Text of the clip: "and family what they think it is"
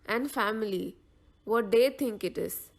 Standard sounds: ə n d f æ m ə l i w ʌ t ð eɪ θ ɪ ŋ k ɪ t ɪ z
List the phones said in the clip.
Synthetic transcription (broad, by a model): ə n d f æ m ə l i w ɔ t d eɪ t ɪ ŋ k ɪ t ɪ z